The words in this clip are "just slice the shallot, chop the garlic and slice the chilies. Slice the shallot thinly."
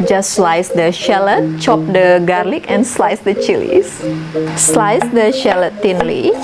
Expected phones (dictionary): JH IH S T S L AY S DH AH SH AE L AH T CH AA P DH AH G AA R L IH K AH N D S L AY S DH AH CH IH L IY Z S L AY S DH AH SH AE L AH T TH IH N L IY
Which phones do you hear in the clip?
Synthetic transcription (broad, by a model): JH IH S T S L AY S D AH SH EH L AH T CH AA P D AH G AA R L IH K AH N S L AY S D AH CH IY L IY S S L AY S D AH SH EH L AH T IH N L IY